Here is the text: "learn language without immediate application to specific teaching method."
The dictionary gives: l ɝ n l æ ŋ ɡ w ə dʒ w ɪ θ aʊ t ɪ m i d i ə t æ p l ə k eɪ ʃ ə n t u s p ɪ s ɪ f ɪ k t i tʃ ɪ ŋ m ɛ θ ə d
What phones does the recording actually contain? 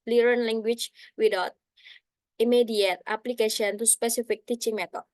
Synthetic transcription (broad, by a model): l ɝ n l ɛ ŋ ɡ w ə tʃ w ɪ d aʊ t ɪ m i d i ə t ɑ p l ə k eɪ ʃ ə n t u s p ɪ s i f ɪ k t i tʃ ɪ ŋ m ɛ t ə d